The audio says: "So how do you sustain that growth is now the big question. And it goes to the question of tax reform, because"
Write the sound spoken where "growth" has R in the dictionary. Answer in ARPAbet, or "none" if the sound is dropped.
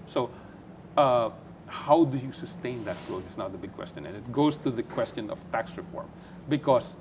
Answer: none